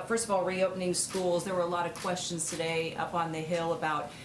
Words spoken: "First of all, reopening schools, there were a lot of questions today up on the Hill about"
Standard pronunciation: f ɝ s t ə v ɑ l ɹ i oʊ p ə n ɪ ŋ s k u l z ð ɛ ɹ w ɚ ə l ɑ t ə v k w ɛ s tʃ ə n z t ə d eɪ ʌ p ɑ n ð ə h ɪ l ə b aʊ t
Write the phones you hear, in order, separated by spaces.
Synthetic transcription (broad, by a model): f ɝ s t ə v ɑ l ɹ i oʊ p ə n ɪ ŋ s k u l z ð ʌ ɹ w ɚ ə l ɑ t ə v k w ɛ s tʃ ə n z t ə d eɪ ʌ p n ð ə h ɪ l ə b aʊ t